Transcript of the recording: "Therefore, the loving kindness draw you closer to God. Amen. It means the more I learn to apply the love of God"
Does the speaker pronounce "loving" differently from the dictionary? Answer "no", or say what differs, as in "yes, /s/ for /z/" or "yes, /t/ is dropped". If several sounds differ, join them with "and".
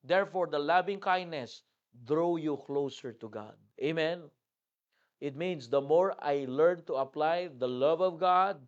yes, /b/ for /v/